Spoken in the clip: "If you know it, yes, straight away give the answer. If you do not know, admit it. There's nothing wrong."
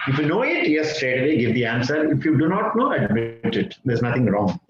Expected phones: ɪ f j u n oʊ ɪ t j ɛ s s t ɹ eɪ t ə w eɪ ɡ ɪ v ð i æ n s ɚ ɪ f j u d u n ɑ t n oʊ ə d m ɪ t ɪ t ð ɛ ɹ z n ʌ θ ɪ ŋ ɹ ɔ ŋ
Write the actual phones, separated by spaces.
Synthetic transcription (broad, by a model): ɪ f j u n oʊ ɪ t j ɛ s s t ɹ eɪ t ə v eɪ ɡ ɪ v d i æ n s ɚ ɪ f j u d u n ɑ t n oʊ ə d m ɪ t ɪ t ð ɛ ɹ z n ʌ t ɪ ŋ ɹ ɔ ŋ